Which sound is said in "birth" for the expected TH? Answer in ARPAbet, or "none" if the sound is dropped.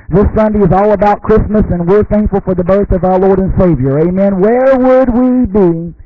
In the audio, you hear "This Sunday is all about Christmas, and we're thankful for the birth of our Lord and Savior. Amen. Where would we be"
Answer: TH